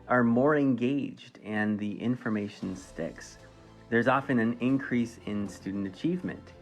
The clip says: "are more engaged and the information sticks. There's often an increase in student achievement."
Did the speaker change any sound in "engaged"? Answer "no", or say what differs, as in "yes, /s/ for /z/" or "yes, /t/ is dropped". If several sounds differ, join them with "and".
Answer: no